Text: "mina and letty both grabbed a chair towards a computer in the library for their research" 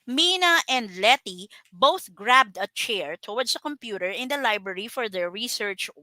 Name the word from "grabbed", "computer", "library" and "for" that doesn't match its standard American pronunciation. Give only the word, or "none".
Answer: none